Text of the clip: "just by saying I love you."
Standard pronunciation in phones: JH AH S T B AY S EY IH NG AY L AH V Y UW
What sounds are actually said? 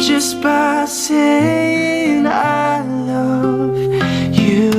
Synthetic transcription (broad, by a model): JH AH S B AY S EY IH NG AY L AH V Y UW